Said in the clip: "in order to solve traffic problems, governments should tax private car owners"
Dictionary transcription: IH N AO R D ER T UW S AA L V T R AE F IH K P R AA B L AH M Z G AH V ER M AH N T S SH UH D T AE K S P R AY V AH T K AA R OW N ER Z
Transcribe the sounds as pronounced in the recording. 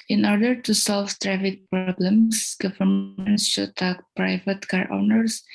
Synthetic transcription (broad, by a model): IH N AO R D ER T UW S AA L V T R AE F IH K P R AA B L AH M S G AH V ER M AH N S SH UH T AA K P R AY V AH T K AA R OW N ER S